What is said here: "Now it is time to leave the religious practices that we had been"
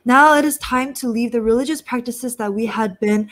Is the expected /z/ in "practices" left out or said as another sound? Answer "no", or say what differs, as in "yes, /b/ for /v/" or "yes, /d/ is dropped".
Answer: no